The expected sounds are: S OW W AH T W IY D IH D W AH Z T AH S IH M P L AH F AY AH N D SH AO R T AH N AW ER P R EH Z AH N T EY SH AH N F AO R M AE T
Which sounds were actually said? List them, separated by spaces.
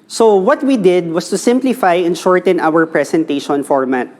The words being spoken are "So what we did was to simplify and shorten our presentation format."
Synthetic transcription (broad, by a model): S OW W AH T W IY D IH D W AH S T AH S IH M P L AH F AY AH N SH AO R T AH N AW ER P R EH S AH N T EY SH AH N F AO R M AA T